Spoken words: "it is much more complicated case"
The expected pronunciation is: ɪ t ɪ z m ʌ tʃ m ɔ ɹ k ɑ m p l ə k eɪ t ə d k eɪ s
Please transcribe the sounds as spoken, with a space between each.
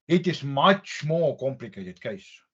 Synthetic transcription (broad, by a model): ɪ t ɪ s m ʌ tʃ m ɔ k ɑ m p l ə k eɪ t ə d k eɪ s